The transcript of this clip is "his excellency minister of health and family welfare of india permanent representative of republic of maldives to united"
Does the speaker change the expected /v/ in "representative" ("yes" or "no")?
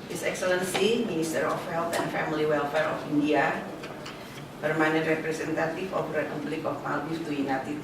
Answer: yes